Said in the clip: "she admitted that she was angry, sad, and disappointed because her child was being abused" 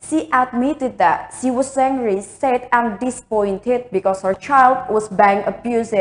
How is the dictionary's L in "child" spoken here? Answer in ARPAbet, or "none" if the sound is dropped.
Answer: L